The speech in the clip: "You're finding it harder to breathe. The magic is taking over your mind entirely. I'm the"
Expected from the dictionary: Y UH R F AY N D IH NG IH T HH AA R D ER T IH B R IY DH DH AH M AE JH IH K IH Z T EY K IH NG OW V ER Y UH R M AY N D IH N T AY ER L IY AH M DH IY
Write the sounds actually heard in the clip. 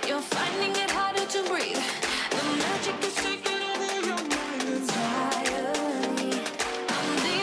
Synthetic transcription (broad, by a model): Y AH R F AY N D IH NG IH T HH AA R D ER T IH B R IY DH DH AH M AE JH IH K IH Z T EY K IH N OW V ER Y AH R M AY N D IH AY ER IY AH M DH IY